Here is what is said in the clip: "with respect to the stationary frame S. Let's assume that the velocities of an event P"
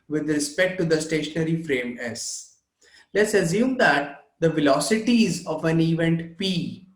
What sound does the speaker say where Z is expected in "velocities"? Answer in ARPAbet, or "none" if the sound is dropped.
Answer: Z